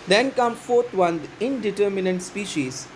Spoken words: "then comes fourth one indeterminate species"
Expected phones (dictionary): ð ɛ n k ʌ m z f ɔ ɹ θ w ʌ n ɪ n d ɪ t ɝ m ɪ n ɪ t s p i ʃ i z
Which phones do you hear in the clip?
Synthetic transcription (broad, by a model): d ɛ n k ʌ m f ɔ ɹ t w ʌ n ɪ n d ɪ t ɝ m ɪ n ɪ t s p i ʃ i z